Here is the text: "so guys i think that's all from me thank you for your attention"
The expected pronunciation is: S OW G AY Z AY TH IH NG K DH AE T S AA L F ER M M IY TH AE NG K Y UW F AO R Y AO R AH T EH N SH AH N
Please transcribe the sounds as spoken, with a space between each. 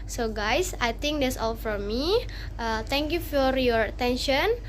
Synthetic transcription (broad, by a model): S OW G AY S AY T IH NG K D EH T S AA L F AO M M IY T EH NG K Y UW F AO R Y AO R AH T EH N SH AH N